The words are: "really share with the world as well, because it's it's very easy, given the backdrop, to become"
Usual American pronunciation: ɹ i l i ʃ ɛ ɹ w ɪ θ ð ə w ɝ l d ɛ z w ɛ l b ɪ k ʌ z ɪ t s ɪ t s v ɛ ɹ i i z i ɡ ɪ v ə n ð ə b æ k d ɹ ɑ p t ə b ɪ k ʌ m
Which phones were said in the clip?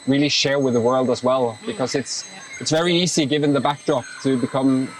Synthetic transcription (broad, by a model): ɹ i l i ʃ ɛ ɹ w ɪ ð ə w ɝ l d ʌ z w ɛ l b ɪ k ʌ z ɪ t s ɪ t s v ɛ ɹ i i z i ɡ ɪ v ə n ð ə b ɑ k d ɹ ɑ p t ə b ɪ k ʌ m